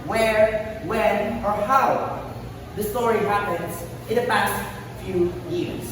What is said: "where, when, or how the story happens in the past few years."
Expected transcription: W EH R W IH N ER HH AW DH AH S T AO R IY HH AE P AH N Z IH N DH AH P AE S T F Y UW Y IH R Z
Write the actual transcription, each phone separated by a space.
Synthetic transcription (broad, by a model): W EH R W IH N ER HH AW DH AH S T AO R IY HH AE P AH N Z IH N DH AH P AE S T F Y UW Y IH R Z